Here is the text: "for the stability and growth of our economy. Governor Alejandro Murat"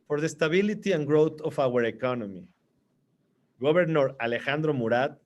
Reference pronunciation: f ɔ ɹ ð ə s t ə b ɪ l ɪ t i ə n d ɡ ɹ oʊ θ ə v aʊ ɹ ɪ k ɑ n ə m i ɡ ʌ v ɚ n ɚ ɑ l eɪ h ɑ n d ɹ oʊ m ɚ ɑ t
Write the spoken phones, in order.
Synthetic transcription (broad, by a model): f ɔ ɹ ð ə s t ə b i l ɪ t i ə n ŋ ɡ ɹ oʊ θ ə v aʊ ɹ ɪ k ɑ n ə m i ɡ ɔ b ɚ n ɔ ɑ l eɪ h ɑ n d ɹ oʊ m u ɑ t